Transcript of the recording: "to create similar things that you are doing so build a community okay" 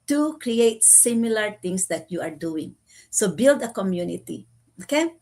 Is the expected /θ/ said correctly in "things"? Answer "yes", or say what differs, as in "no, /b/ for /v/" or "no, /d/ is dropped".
no, /t/ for /θ/